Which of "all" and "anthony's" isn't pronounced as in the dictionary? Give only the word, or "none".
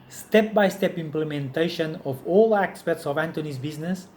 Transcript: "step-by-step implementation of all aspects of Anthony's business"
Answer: anthony's